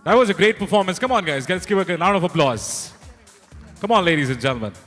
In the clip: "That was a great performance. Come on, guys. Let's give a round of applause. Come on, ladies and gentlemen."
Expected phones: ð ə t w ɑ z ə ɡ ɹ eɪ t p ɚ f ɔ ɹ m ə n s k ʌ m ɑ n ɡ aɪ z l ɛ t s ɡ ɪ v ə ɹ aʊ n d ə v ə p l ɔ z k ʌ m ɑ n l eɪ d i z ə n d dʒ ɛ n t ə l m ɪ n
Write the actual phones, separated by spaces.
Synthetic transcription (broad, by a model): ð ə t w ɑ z ə ɡ ɹ eɪ t p ɚ f ɔ ɹ m ə n s k ʌ m ɑ n ɡ aɪ z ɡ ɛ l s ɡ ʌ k ə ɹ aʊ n ə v ə p l ɔ z k ʌ m ɑ n l eɪ d i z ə n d dʒ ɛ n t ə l m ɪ n